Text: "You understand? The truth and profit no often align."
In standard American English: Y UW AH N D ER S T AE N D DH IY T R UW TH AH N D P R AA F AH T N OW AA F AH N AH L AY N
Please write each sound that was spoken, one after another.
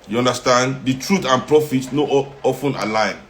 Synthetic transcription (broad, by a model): Y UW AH N D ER S T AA N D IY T R UW T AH N P R AA F AH T N OW AA F AH N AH L AY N